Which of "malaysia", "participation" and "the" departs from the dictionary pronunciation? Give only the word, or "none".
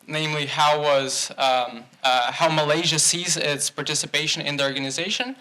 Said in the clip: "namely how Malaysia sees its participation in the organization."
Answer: none